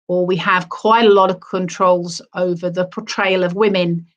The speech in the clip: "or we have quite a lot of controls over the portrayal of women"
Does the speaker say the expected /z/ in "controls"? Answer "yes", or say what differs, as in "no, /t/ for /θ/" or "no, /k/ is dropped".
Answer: yes